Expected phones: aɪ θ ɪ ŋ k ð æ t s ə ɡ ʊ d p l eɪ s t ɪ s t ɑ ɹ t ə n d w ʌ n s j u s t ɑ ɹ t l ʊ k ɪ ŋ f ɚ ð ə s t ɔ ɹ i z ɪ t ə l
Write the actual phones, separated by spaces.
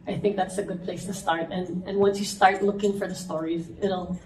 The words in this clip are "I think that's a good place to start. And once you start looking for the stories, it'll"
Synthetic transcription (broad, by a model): aɪ θ ɪ ŋ k ð æ t s ə ɡ ʊ d p l eɪ s t ɪ s t ɑ ɹ t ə n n w ʌ n s j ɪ s t ɑ ɹ t l ʊ k ɪ ŋ f ɚ ð ə s t ɔ ɹ i z ɪ t l